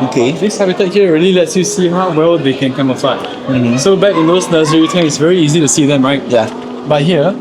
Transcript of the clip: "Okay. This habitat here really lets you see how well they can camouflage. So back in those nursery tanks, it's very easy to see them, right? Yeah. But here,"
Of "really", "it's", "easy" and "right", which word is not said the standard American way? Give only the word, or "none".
none